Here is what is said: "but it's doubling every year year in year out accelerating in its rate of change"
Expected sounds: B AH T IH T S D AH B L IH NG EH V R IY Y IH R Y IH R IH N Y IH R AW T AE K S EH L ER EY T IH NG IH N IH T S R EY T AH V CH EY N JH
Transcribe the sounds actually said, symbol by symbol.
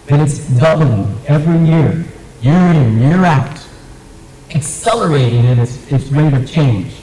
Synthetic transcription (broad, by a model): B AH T IH T S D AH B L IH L EH V R IY Y IH R Y IH R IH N Y IH R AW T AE K S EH L ER EY T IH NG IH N IH T S W EY T AH V CH EY N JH